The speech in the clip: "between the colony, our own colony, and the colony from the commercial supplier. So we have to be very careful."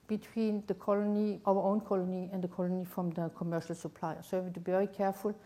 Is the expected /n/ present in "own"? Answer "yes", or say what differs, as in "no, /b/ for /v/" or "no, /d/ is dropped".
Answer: yes